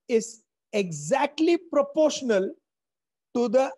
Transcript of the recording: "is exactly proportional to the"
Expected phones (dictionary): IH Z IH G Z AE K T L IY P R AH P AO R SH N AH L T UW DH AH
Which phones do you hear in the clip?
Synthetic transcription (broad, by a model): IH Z IH G Z AE K T L IY P R AH P AO R SH N AH L T UW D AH